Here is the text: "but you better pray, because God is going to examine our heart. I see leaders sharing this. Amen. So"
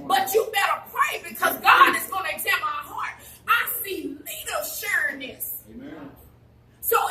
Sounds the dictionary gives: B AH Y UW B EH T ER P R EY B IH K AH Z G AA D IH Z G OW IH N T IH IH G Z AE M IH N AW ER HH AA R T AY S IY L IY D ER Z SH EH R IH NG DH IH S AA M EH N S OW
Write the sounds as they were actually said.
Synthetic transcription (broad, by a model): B AH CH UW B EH T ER P R EY B IH K AH Z G AA D IH Z G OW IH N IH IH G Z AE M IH UH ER HH AA R T AY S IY L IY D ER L SH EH R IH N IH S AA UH